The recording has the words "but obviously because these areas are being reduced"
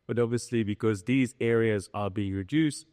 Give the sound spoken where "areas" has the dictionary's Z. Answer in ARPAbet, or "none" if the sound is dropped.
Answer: Z